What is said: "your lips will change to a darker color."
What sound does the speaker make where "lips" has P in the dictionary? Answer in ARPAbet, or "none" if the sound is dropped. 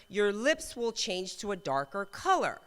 P